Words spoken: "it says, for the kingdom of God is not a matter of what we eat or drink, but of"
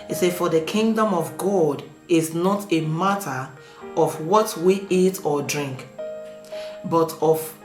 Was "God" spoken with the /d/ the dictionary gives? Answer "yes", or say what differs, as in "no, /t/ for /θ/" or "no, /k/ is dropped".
yes